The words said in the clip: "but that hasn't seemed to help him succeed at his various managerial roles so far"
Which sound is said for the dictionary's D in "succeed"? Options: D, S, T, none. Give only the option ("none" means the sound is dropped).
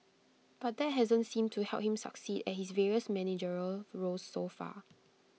D